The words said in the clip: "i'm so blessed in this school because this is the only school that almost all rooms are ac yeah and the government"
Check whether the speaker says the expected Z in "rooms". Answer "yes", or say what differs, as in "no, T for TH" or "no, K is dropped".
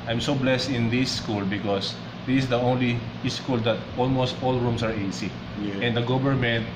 no, S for Z